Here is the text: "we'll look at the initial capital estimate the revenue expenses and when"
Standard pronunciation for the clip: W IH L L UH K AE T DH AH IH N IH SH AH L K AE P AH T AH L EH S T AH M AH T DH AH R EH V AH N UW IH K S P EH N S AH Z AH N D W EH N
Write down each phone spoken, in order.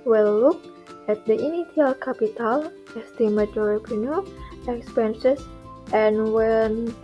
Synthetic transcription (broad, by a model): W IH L L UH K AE T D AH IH N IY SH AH L K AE P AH T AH L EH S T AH M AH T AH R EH P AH N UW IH K S P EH N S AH S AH N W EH N